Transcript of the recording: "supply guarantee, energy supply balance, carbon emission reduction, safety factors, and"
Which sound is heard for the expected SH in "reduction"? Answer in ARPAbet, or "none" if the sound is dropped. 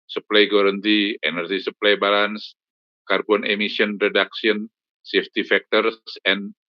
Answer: S